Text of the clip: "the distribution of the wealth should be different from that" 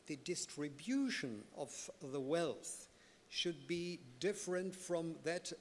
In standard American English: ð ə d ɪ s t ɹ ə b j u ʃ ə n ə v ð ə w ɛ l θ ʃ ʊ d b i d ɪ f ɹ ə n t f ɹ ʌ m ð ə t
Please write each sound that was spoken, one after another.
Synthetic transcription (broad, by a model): ð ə d ɪ s t ɹ ə b j u ʃ ə n ə v ð ə w ɛ l θ ʃ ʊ d b i d ɪ f ɹ ə n t f ɹ ʌ m ð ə t